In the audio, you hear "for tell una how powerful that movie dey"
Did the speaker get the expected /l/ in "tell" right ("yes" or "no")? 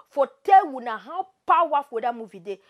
no